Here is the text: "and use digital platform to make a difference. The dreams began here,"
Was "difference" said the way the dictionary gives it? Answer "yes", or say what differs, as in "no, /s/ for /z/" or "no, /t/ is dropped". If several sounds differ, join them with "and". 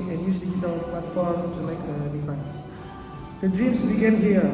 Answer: no, /ɹ/ is dropped